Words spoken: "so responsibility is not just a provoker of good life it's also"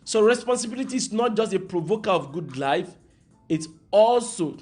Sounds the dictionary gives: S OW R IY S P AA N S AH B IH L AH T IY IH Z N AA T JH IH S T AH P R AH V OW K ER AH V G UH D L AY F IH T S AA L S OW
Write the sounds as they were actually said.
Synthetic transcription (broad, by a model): S OW R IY S P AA N S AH B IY L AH T IY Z N AA T JH IH S T AH P R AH V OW K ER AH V G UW D L AY F IH T S AA L S OW